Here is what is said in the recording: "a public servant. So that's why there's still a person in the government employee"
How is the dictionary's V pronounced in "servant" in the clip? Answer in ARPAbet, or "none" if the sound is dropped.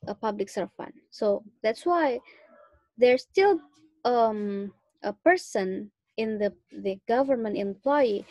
F